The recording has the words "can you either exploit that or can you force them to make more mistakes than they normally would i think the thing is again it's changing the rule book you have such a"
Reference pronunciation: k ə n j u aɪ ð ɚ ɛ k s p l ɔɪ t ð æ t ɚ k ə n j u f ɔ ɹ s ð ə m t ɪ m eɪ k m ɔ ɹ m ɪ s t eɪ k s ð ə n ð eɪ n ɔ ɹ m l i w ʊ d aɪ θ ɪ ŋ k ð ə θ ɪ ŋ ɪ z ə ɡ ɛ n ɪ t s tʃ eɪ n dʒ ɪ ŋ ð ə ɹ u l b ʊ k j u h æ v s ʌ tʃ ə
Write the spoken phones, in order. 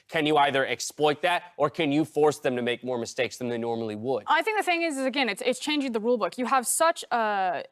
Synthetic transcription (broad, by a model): k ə n j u aɪ ð ɚ ɛ k s p l ɔɪ t ð æ t ɚ k ə n j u f ɔ ɹ s ð ə m t ɪ m eɪ k m ɔ ɹ m ɪ s t eɪ k s ð ə n ð eɪ n ɔ ɹ m l i w ʊ d aɪ θ ɪ ŋ k ð ə θ ɪ ŋ ɪ z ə ɡ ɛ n ɪ t s tʃ eɪ n dʒ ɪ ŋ ð ə ɹ u l b ʊ k j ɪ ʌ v s ʌ tʃ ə